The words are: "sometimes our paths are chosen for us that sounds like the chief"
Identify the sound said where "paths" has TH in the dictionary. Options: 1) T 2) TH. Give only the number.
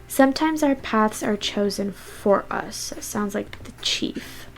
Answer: 2